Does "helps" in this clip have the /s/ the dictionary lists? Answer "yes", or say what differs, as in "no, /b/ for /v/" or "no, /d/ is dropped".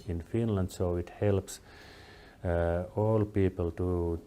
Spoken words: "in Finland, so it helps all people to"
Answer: yes